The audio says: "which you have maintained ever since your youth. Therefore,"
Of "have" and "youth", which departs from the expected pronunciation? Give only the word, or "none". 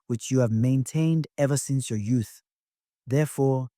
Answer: none